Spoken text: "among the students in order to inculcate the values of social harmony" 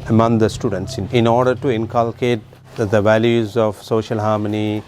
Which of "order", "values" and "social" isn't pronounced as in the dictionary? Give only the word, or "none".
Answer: none